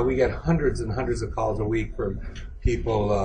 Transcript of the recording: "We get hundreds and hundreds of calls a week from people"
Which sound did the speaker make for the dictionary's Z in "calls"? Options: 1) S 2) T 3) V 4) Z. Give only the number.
4